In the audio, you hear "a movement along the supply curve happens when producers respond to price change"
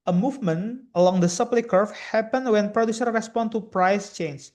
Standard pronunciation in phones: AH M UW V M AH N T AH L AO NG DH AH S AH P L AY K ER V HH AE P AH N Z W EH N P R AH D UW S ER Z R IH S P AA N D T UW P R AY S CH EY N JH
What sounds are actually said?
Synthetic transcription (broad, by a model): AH M UW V M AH N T AH L AO NG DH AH S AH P L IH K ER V HH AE P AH N W EH N P R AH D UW S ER R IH S P AA N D T UW P R AY S CH EY N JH